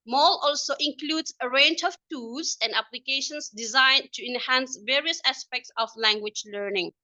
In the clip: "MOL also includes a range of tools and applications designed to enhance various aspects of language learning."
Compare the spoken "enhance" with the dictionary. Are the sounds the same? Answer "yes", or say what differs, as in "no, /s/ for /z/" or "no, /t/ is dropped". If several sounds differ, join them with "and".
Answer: yes